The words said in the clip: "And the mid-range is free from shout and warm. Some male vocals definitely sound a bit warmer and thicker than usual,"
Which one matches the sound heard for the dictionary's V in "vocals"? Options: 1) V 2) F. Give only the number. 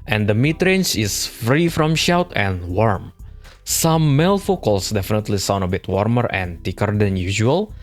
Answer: 2